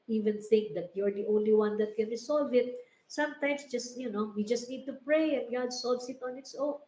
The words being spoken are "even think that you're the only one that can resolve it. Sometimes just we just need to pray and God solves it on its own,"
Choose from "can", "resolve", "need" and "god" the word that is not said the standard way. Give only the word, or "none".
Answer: resolve